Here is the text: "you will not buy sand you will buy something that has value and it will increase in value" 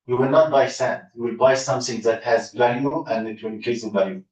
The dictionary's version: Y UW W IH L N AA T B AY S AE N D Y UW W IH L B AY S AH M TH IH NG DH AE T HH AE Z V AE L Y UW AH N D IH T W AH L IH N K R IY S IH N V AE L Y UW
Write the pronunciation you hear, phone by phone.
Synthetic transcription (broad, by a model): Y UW W IH L N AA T B AY S AE N D Y UW W IH L B AY S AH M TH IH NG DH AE T HH AE Z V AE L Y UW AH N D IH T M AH N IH K IY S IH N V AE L Y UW